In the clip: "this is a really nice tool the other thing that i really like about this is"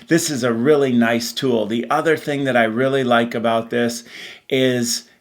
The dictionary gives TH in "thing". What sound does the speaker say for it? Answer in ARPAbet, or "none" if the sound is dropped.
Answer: TH